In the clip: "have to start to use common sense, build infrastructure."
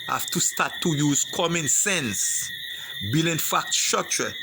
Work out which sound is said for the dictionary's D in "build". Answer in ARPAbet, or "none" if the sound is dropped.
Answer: none